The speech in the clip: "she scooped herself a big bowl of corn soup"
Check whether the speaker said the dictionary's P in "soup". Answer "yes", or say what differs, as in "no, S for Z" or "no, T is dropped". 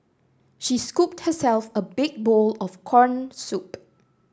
yes